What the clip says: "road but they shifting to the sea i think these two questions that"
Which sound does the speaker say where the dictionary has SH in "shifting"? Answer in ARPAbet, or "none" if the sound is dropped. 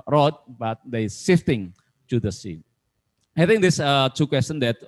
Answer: S